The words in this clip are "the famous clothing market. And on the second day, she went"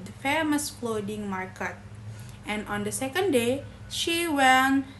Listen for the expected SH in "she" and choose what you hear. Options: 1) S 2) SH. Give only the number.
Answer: 2